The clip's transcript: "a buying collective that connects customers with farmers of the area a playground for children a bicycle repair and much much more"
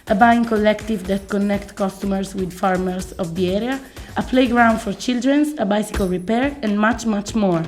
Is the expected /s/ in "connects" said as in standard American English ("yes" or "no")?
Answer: no